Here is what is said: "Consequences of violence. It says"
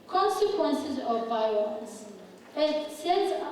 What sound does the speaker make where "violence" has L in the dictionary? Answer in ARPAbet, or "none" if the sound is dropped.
none